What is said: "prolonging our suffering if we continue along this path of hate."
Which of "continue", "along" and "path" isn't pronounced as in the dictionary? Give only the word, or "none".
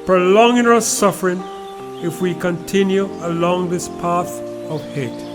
none